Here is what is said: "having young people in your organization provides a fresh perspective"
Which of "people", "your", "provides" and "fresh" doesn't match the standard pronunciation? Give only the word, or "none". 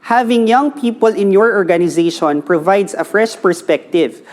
provides